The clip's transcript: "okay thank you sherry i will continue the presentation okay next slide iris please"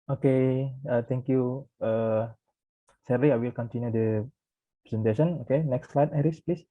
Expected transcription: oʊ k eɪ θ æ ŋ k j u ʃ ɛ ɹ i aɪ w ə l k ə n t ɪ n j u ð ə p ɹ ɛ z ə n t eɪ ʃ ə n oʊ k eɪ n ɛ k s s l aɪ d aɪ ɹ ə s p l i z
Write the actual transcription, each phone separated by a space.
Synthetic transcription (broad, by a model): oʊ k eɪ t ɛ ŋ k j u s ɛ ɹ i aɪ w ə l k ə n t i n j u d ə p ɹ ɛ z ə n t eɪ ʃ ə n oʊ k eɪ n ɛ k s s l aɪ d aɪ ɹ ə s p l i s